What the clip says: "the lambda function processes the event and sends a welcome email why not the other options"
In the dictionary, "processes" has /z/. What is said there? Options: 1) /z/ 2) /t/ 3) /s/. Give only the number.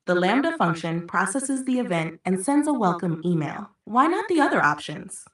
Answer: 1